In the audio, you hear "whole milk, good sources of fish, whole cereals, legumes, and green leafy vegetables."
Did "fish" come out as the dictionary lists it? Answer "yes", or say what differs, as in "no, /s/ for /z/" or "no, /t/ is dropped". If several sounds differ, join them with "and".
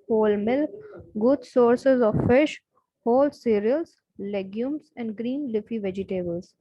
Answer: yes